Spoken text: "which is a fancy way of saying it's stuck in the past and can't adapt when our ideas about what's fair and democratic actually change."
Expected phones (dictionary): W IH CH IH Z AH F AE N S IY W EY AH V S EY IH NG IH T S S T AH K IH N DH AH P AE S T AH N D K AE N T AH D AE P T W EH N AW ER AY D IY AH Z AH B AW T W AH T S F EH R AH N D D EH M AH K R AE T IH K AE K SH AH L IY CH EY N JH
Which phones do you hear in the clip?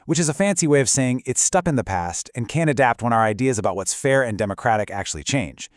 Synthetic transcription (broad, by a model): W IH CH IH Z AH F AE N S IY W EY AH V S EY IH NG IH T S S T AH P IH N DH AH P AE S T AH N K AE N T AH D AE P T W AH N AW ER AY D IY AH Z AH B AW T W AH T S F EH R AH N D D EH M AH K R AE T IH K AE K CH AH L IY CH EY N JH